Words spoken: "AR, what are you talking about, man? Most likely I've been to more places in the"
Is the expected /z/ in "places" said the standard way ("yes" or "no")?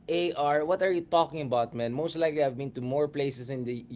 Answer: no